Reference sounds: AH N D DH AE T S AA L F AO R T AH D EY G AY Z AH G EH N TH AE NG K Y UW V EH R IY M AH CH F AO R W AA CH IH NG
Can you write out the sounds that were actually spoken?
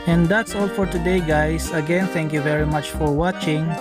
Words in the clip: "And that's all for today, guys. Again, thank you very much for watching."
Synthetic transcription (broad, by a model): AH N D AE T S AA L F AO R T AH D EY G AY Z AH G EH N T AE NG K Y UW V EH R IY M AH CH F AO R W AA CH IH NG